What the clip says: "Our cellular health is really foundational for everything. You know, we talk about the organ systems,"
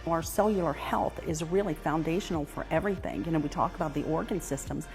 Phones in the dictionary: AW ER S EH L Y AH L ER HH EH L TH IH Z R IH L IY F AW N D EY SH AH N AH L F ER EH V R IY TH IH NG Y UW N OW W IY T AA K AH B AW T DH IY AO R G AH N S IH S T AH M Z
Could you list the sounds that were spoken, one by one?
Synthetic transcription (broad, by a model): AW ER S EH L Y L ER HH EH L TH IH Z R IH L IY F AW N D EY SH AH N L F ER EH V R IY TH IH NG Y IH N OW W IY T AA K AH B AW T DH IY AO R G AH N S IH S T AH M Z